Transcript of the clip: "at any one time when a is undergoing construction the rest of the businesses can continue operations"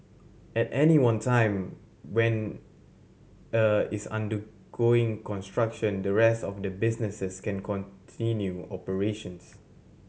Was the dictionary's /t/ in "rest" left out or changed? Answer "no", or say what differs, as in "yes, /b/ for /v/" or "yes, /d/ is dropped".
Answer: no